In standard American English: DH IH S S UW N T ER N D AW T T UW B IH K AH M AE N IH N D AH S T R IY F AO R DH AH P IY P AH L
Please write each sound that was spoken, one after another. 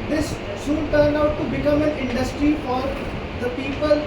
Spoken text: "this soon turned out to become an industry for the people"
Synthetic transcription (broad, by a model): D IH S S UW N T ER N D AW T T UW B IH K AH M AE N IH N D AH S T R IY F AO R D AH P IY P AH L